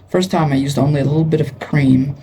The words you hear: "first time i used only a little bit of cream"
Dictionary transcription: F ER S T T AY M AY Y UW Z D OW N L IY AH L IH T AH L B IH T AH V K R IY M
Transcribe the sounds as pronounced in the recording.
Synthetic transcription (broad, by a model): F ER S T T AY M AY Y UW Z D OW N L IY AH L IH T L B IH T AH V K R IY M